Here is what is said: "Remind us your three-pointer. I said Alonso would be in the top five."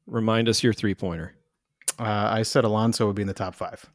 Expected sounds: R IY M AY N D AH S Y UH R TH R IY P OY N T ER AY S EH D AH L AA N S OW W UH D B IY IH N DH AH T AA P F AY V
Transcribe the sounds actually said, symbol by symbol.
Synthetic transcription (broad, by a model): R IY M AY N D AH S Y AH R TH R IY P OY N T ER AY S EH D AH L AA N S OW W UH D B IY IH N DH AH T AA P F AY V